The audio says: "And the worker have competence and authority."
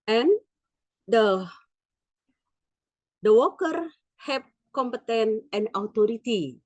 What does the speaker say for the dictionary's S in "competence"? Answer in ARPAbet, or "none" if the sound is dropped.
none